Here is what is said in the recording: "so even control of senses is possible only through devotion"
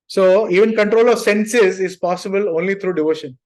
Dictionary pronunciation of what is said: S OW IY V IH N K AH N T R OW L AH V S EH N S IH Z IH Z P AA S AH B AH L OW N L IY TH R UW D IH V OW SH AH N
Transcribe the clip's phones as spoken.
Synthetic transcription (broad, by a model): S OW IY V IH N K AH N T R OW L AH V S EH N S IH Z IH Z P AA S AH B AH L OW N L IY T R UW D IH V OW SH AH N